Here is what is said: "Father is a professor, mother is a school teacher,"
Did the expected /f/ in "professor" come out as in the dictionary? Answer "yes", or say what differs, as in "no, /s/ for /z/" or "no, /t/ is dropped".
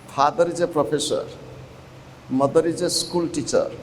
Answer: no, /p/ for /f/